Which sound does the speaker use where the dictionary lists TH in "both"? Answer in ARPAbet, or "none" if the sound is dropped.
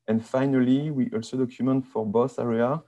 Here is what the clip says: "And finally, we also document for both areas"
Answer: S